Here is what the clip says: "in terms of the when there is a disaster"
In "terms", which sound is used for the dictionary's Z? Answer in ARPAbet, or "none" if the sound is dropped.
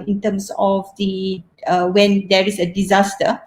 S